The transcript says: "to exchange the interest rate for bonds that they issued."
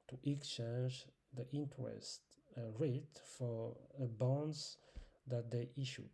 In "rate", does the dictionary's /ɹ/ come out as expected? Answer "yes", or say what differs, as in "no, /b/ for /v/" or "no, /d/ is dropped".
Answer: yes